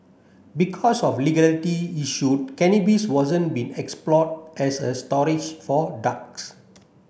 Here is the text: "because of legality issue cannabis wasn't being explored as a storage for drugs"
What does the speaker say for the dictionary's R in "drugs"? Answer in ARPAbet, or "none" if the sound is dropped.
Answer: none